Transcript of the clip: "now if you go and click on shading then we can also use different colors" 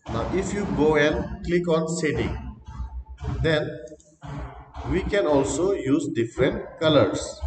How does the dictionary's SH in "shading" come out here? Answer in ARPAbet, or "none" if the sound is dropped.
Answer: S